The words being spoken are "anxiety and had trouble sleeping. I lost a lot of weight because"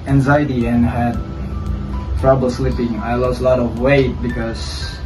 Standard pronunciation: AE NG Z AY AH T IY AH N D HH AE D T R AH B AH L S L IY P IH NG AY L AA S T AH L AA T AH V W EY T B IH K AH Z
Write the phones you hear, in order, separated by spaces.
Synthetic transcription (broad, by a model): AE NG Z AY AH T IY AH N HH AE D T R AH B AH L S L IY P IH NG AY L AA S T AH L AA T AH V W EY T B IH K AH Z